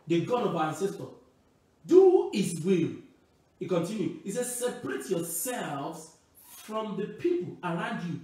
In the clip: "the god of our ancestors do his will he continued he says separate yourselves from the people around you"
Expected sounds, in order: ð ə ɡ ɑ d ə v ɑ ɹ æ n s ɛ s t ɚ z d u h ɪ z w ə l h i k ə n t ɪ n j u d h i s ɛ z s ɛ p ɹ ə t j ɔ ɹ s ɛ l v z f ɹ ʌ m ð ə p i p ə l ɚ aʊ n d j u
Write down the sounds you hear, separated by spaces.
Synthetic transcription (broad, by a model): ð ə ɡ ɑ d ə b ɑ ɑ n s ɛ s t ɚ d u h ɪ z w ə l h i k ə n t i n j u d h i s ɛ s ɛ p ɹ ə t j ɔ s ɛ l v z f ɹ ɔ m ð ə p i p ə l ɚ aʊ n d j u